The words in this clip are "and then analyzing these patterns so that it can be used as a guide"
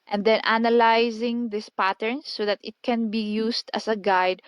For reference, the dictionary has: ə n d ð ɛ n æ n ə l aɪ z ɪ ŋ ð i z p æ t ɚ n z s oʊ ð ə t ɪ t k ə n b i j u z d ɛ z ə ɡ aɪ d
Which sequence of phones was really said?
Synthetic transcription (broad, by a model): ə n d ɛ n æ n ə l aɪ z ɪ ŋ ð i s p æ t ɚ n s oʊ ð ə t ɪ t k ə n b i j u s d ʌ s ə ɡ aɪ d